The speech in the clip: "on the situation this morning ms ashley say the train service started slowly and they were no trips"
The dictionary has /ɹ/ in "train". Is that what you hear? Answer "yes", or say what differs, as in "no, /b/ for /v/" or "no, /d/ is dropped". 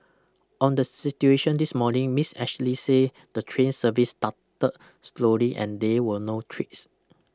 yes